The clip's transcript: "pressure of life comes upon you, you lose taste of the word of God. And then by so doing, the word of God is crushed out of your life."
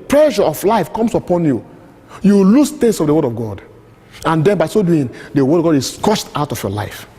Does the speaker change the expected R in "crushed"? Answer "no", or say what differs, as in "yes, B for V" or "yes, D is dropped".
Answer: yes, R is dropped